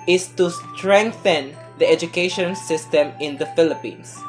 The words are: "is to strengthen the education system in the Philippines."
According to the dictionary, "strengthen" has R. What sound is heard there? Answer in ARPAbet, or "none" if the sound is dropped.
R